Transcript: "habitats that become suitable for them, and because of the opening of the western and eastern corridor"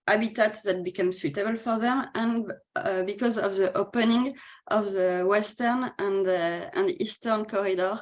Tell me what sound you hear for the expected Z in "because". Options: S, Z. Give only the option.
Z